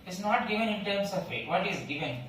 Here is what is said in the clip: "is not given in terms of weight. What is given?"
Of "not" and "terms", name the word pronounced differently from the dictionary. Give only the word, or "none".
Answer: terms